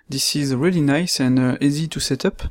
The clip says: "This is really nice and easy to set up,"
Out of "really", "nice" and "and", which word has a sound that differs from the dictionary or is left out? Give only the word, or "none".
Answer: none